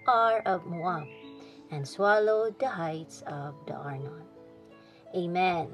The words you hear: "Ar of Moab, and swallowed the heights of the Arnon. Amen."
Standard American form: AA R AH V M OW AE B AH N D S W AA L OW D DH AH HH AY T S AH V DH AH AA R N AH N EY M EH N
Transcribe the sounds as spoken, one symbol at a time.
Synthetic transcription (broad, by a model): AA R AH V M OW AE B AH N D S W AA L OW D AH HH AY T S AH V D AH AA R N AH N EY M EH N